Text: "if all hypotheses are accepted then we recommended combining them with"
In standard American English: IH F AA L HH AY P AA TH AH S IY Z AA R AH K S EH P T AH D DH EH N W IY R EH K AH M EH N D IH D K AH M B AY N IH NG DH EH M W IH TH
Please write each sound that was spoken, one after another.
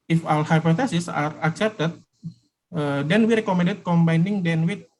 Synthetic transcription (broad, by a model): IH F AA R HH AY P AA T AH S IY S AA R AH K S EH P T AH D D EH N W IY R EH K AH M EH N D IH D K AH M B AY N IH NG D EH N W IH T